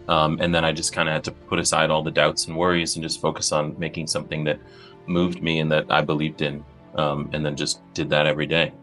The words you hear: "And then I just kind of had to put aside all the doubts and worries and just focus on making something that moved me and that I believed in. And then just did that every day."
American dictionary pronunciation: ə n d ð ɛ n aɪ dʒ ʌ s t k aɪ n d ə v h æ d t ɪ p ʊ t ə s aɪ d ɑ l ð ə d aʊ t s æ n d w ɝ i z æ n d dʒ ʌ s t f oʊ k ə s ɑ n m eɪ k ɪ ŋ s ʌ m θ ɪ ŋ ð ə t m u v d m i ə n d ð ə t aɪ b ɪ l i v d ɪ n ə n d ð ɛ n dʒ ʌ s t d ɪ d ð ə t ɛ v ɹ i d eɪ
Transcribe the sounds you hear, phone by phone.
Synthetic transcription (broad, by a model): ə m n ð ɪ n aɪ dʒ ʌ s k aɪ n d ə h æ d t ɪ p ʊ t ə s aɪ d ɑ l ð ə d aʊ t s n w ɝ i z n dʒ ʌ s t f oʊ k ə s n m eɪ k ɪ ŋ s ʌ m θ ɪ ŋ ð ə t m u v d m i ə n ð ə t aɪ b ɪ l i v d ɪ n ə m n ð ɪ n dʒ ʌ s d ɪ d ð ə t ɛ v ɹ i d eɪ